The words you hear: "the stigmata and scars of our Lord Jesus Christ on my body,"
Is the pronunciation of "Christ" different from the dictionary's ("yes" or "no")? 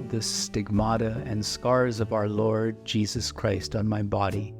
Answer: no